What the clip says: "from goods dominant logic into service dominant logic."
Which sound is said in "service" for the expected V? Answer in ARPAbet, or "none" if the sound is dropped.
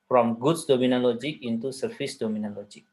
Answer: F